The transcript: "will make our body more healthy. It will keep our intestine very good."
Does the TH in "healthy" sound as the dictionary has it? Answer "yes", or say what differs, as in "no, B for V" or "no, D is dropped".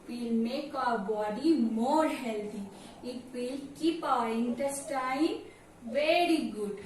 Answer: no, T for TH